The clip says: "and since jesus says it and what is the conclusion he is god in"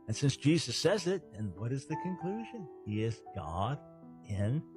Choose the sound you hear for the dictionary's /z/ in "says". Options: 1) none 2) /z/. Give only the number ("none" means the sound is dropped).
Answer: 2